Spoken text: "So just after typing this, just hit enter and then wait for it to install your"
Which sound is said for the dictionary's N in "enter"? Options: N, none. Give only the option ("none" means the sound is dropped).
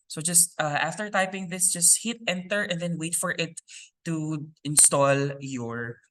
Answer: N